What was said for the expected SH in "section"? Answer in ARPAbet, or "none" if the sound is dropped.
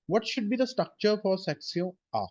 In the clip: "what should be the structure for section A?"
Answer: S